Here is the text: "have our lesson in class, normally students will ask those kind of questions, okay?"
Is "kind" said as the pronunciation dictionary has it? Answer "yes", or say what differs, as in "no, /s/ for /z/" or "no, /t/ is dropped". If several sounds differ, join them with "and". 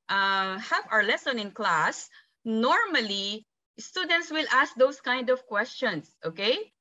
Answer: yes